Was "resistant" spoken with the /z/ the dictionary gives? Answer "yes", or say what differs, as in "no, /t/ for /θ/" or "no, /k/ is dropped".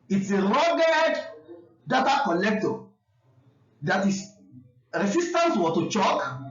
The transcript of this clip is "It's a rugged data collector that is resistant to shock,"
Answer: no, /s/ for /z/